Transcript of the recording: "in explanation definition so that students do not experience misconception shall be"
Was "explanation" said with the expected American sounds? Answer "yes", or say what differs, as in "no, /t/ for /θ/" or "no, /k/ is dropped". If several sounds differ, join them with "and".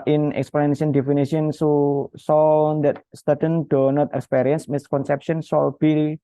no, /ʃ/ is dropped